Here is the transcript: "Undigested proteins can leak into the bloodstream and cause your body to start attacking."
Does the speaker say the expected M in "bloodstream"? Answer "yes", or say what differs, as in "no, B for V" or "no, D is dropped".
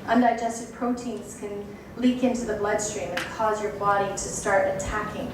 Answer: yes